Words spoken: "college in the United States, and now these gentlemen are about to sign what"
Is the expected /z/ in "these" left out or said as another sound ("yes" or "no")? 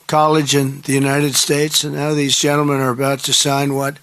no